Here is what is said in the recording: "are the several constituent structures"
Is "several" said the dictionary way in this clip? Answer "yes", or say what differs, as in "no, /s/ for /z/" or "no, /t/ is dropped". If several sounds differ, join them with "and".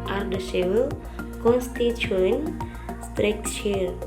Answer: no, /ɹ/ is dropped